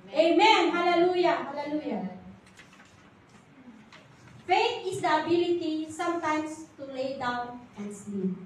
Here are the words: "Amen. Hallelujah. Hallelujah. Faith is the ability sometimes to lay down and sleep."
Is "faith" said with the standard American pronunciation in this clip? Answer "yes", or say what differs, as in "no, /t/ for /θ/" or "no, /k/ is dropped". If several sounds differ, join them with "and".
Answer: no, /t/ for /θ/